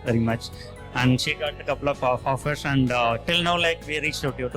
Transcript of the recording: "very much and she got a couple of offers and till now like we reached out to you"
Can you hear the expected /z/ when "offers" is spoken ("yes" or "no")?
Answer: no